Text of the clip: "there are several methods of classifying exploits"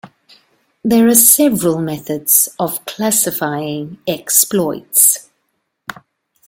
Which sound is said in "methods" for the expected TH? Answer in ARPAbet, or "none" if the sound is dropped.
TH